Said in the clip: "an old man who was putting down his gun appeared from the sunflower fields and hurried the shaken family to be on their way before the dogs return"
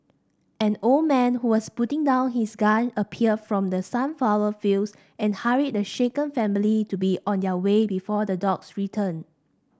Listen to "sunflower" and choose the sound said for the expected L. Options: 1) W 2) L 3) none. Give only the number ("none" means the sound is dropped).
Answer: 3